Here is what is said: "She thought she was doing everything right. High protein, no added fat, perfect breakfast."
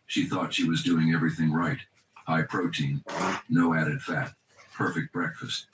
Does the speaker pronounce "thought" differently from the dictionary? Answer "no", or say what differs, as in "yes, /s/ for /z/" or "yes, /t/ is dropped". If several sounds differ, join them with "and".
no